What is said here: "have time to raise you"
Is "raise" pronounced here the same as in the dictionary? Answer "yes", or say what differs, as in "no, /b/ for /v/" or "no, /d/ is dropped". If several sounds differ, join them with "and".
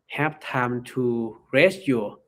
no, /s/ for /z/